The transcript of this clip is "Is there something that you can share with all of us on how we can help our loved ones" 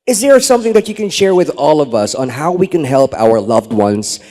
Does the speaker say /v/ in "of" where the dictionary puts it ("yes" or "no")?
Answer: yes